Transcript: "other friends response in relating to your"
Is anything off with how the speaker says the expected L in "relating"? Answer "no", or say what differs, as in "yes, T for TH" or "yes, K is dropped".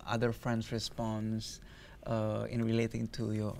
no